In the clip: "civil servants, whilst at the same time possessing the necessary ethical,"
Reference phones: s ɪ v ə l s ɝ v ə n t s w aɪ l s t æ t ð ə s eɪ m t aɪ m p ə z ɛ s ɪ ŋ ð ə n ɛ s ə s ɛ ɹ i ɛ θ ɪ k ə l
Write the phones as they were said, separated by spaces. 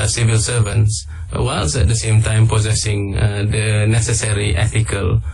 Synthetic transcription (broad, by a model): s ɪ v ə l s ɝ v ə n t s w aɪ l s ɛ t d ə s eɪ m t aɪ m p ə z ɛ s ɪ ŋ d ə n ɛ s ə s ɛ ɹ i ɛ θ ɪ k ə l